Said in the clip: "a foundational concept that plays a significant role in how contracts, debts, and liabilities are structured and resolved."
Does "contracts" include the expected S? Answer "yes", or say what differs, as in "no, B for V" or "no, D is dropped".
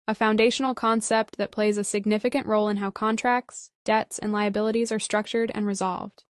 yes